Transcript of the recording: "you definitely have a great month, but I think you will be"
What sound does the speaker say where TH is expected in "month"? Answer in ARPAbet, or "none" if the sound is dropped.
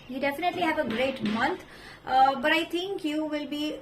T